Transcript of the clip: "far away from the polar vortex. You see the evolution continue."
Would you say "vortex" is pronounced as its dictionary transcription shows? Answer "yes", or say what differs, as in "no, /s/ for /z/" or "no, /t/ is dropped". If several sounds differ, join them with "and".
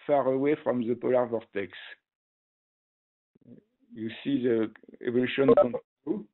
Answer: yes